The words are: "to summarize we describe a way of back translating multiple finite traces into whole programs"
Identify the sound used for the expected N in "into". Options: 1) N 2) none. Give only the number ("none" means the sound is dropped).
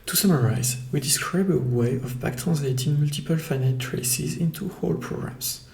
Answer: 1